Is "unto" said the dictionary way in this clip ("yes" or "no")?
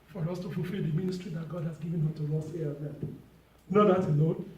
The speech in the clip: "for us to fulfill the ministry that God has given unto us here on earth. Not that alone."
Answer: no